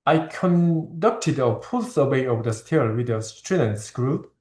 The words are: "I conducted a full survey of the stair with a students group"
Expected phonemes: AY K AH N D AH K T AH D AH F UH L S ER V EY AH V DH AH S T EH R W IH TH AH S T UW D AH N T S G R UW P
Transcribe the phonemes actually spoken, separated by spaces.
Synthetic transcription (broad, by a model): AY K AH N D AH K T AH D AH P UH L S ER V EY AH V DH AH S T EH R W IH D AH S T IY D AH N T S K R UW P